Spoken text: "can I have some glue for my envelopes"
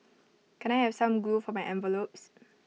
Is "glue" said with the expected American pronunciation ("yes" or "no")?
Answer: no